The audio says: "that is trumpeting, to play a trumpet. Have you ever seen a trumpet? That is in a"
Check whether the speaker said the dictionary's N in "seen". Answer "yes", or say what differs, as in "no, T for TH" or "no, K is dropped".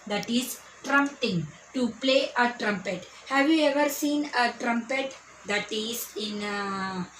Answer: yes